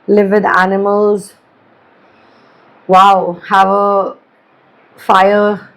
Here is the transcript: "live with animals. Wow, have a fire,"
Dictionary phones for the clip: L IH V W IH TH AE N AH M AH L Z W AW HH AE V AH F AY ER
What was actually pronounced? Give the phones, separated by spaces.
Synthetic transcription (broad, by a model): L IH V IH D AE N AH M AH L Z W AW HH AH V AH F AY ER